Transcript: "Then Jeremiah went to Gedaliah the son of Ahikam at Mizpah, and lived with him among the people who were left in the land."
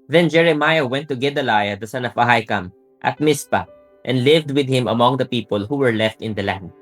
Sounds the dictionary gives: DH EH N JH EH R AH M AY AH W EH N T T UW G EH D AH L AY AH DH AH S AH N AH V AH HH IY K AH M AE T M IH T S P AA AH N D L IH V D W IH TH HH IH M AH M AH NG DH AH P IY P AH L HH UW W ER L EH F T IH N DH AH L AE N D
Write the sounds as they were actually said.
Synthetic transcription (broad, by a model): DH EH N JH EH R AH M AY AH W EH N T T UW G EH D AH L AY AH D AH S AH N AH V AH HH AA K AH M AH T M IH S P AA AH N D L IH V D W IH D HH IH M AH M AH NG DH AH P IY P AH L HH UW W ER L EH F T IH N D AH L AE N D